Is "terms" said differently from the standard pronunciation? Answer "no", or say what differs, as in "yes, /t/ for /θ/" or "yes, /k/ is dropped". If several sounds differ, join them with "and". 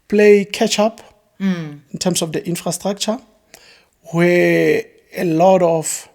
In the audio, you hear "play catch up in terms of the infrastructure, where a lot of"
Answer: yes, /s/ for /z/